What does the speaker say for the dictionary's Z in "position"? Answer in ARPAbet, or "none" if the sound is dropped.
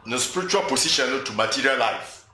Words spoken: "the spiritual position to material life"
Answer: S